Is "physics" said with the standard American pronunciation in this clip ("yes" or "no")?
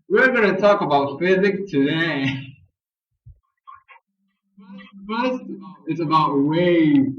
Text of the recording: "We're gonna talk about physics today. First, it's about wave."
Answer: no